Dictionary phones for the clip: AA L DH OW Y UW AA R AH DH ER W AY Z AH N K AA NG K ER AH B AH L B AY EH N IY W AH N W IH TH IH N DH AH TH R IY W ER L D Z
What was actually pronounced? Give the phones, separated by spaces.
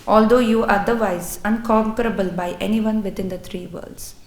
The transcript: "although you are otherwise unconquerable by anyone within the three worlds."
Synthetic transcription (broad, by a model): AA L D OW Y UW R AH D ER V AY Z AH N K AA NG K ER AH B AH L B AY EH N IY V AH N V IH T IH N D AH T R IY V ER L D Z